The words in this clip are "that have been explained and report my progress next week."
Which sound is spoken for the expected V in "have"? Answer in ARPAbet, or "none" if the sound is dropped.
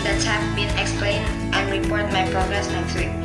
P